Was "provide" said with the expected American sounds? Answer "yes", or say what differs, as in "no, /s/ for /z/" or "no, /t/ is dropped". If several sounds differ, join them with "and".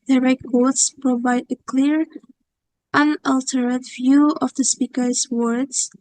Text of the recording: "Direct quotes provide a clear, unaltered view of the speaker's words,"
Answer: yes